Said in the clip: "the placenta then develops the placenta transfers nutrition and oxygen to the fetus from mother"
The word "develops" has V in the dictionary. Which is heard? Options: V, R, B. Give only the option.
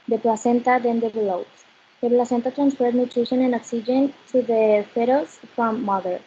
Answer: B